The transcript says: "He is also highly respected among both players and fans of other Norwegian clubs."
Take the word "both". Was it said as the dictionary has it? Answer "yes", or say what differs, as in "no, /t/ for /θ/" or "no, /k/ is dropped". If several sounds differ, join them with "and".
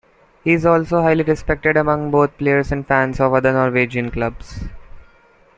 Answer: no, /t/ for /θ/